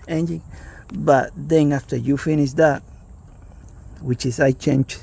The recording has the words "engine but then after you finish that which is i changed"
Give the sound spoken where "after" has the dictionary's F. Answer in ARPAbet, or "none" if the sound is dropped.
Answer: F